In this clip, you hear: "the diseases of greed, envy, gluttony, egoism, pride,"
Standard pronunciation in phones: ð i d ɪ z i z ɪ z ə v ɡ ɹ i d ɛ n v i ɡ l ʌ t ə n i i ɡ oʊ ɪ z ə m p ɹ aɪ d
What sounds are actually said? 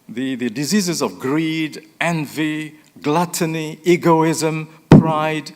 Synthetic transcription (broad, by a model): ð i d ɪ z i z ɪ z ə v ɡ ɹ i d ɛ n v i ɡ l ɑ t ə n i i ɡ oʊ ɪ z ə m p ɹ aɪ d